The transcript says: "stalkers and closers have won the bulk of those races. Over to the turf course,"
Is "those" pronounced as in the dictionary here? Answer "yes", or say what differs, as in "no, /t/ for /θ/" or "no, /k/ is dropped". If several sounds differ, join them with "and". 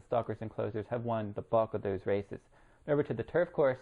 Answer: yes